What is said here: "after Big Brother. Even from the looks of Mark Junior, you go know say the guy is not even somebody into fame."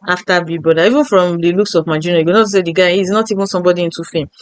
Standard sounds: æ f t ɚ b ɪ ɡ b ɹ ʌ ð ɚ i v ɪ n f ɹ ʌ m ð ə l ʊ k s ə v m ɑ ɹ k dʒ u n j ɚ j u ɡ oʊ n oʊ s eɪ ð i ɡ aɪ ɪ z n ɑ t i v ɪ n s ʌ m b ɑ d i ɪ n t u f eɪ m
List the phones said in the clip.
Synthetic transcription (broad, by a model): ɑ f t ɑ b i b ɔ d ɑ i v ɪ n f ɹ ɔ m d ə l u k s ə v m ɑ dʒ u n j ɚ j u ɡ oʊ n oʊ s eɪ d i ɡ aɪ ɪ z n ɑ t i v ɪ n s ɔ m b ɑ d i ɪ n t u f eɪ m